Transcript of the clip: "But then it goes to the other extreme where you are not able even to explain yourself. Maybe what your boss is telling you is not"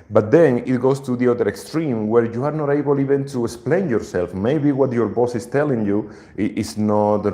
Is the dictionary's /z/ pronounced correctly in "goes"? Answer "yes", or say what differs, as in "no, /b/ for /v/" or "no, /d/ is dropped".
no, /s/ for /z/